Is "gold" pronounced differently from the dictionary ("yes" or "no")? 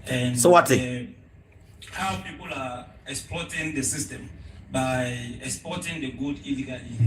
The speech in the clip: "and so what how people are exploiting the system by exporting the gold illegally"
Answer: yes